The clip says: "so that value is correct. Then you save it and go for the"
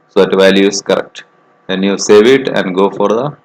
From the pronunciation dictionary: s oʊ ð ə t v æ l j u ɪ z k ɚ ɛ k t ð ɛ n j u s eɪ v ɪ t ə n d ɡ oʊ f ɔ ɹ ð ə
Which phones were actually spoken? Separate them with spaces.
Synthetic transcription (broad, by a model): s oʊ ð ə t v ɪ l j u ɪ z k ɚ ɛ k t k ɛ n j u s eɪ v ɪ t ə n d ɡ oʊ f ɔ ɹ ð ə